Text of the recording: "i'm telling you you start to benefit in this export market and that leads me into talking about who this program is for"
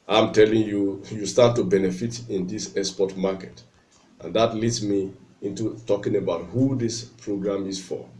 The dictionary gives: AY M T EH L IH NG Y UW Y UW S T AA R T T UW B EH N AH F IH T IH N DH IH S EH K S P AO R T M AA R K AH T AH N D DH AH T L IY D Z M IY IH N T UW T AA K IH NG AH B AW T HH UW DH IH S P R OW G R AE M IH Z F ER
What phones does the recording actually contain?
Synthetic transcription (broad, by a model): AY M T EH L IH NG Y UW Y UW S T AA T T UW B EH N AH F IH T IH N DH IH S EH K S P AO T M AA K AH T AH N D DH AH T L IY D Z M IY IH N T UW T AA K IH NG AH B AW T HH UW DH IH S P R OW G R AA M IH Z F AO